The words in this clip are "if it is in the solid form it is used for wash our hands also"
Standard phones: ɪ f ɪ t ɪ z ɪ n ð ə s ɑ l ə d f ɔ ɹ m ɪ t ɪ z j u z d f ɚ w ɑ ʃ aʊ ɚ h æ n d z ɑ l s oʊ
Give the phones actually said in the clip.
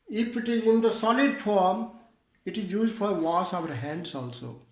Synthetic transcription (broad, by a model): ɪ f ɪ t ɪ z ɪ n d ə s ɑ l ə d f ɔ ɹ m ɪ t ɪ z j u z d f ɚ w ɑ s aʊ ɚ h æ n d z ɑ l s oʊ